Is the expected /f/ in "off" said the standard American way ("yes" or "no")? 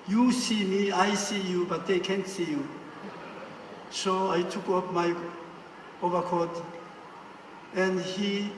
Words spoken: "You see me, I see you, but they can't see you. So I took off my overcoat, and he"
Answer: no